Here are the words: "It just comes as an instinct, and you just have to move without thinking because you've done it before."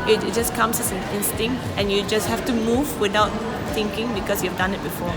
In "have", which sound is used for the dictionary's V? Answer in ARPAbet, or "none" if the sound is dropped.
F